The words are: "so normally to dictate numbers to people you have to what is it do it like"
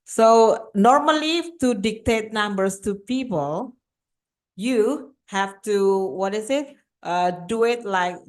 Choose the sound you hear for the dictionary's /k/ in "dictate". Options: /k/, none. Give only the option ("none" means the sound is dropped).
/k/